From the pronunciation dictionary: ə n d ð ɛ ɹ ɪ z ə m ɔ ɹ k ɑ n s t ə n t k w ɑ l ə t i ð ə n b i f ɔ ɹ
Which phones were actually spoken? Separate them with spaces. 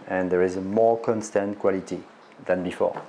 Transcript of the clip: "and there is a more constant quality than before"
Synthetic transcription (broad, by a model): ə n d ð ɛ ɹ ɪ z ə m ɔ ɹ k ɑ n s t ə n t k w ɑ l ə t i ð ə n b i f ɔ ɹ